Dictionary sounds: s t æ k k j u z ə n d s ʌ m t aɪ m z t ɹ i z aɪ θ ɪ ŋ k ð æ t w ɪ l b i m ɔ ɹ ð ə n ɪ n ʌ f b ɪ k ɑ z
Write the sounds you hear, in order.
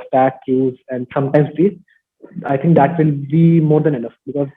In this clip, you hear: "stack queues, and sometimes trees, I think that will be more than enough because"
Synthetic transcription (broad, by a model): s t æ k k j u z ə n d s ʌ m t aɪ m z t i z aɪ t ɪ ŋ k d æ t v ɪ l b i m ɔ ɹ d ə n ɪ n ʌ f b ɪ k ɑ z